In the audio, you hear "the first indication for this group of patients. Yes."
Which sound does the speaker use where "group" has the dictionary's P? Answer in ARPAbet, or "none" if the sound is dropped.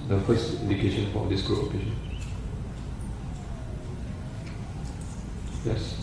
none